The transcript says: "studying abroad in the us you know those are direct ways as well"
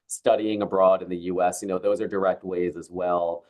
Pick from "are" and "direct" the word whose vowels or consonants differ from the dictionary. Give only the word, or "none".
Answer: none